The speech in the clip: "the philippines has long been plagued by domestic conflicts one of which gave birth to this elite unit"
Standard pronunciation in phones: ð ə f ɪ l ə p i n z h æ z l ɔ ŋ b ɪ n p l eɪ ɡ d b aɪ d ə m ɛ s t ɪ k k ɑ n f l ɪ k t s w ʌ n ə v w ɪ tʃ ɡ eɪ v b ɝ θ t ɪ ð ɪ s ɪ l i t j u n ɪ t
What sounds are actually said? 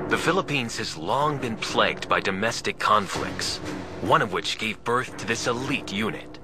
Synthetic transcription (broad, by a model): ð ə f ɪ l ə p i n z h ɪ z l ɔ ŋ b ɪ n p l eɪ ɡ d b aɪ d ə m ɛ s t ɪ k k ɑ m f l ɪ k t s w ʌ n ə v w ɪ tʃ ɡ eɪ v b ɝ θ t ɪ ð ɪ s ɪ l i t j u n ɪ t